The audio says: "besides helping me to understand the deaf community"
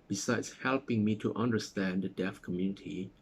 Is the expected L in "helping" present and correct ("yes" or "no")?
yes